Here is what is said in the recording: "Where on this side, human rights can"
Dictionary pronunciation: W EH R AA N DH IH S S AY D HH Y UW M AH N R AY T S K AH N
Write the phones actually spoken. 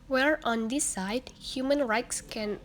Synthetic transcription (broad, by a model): W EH R AA N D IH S S AY D HH Y UW M AH N R AY T S K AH N